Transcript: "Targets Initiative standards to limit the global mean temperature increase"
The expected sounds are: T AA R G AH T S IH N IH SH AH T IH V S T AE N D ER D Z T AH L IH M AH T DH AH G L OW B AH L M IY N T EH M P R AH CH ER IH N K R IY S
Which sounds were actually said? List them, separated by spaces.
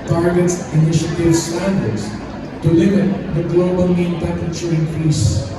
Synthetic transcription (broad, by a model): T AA R G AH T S IH N IH SH AH T IH V S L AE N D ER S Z T AH L IH M AH T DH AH G L OW B AH L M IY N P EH P AH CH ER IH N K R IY S